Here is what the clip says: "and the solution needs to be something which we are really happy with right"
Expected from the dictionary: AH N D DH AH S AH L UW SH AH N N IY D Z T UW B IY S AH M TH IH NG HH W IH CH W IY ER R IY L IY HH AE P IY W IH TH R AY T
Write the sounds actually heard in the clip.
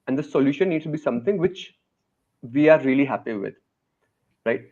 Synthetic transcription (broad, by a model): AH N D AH S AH L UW SH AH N N IY D S T UW B IY S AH M T IH NG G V IH CH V IY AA R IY L IY HH AE P IY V IH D R AY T